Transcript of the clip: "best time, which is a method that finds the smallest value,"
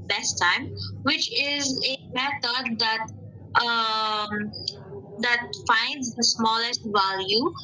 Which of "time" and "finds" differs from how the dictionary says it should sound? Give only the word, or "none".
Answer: none